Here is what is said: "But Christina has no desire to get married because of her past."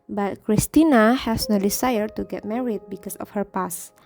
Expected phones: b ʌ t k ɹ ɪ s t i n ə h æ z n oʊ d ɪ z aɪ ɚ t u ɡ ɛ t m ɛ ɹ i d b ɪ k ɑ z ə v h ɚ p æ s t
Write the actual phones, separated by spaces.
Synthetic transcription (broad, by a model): b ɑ t k ɹ ɪ s t i n ə h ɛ s n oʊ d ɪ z aɪ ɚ t u ɡ ɛ t m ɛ ɹ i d b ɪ k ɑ s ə f h ɚ p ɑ s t